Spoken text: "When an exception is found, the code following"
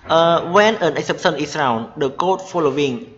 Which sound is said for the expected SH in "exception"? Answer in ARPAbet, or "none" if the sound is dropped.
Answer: S